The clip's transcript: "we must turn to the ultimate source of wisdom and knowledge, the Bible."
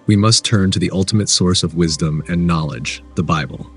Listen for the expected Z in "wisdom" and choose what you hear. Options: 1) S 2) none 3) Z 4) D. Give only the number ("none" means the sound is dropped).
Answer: 3